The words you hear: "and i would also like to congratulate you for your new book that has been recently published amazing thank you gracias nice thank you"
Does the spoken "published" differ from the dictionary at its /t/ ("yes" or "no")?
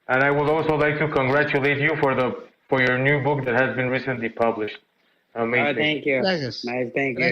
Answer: no